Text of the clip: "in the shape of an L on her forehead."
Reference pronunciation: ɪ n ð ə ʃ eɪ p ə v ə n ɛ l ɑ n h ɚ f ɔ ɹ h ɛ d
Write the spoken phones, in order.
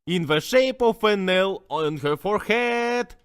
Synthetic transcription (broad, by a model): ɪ n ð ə ʃ eɪ p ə f ə n ɛ l ɑ n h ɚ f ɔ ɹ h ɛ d